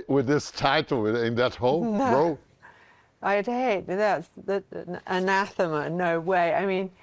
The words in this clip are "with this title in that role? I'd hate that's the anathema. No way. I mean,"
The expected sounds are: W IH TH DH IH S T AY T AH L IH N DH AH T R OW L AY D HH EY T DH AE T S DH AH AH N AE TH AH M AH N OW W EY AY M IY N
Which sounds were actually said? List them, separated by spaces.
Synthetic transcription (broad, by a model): W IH DH IH S T AY T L IH N DH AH T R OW AY D HH EY T DH AE T S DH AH AH N AE TH AH M AH N OW W EY AY M IY N